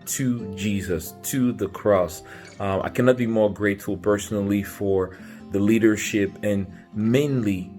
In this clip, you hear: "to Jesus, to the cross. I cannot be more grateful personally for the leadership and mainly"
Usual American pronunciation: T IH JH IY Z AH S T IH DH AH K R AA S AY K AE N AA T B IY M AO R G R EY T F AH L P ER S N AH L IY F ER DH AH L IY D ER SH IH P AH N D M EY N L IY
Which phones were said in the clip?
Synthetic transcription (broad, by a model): T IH JH IY Z AH S T IH DH AH K R AA S AY K AE N AA T B IY M AO R G R EY T F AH L P ER S N L IY F ER DH AH L IY D ER SH IH P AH N M EY N L IY